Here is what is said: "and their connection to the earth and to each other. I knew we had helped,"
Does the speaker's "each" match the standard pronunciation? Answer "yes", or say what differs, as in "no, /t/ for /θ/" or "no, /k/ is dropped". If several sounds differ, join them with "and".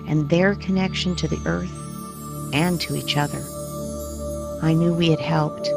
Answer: yes